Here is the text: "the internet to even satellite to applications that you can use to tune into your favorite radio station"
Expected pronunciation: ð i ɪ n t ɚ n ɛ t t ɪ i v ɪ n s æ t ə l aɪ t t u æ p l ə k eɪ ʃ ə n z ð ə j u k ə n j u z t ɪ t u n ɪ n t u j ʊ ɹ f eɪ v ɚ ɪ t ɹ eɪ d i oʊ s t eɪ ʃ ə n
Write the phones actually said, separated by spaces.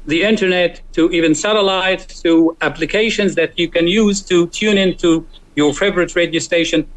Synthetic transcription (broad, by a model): ð i ɪ n t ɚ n ɛ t t ɪ i v ɪ n s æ t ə l aɪ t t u æ p l ə k eɪ ʃ ə n z ð ə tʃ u k ə n j u z t ɪ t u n ɪ n t u j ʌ ɹ f eɪ v ɚ ɪ t ɹ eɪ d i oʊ s t eɪ ʃ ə n